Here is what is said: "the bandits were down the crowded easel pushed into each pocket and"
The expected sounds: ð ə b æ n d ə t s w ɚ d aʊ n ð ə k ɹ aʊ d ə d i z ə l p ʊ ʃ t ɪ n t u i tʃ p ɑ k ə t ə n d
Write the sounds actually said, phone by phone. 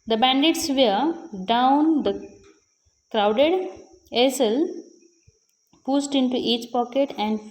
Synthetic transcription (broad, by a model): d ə b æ n d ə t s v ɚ d aʊ n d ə k ɹ aʊ d ə d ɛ s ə l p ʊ s t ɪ n t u i tʃ p ɑ k ə t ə n d